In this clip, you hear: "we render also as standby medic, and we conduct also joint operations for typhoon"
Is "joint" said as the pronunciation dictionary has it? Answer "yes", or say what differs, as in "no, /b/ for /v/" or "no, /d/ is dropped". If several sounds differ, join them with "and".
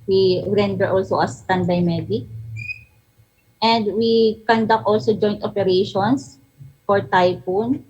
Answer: yes